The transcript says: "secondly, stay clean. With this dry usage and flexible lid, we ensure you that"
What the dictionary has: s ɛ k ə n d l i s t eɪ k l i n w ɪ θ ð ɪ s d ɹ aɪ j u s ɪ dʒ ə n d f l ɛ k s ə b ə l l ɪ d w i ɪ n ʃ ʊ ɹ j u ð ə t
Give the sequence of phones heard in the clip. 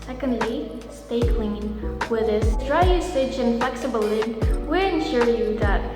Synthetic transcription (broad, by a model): s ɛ k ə n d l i s t eɪ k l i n w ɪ ð ɪ s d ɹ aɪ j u s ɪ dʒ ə n f l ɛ k s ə b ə l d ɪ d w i ɪ n ʃ ʊ ɹ j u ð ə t